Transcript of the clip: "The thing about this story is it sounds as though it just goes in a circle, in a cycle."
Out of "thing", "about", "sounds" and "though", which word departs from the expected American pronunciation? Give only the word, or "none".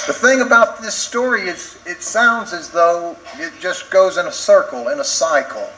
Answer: none